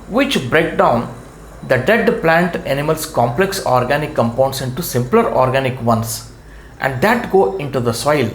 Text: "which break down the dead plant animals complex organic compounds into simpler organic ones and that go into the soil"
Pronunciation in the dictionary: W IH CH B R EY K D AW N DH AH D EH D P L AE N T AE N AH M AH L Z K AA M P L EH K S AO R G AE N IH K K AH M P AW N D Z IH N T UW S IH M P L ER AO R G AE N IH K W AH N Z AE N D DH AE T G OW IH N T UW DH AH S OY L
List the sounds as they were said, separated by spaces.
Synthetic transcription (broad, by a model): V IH CH B R EY K D AW N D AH D EH D P L AE N T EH N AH M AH L S K AA M P L EH K S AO R G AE N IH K K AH M P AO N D S IH N T UW S IH M P L ER AO R G AE N IH K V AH N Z AE N D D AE T G OW IH N T UW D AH S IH L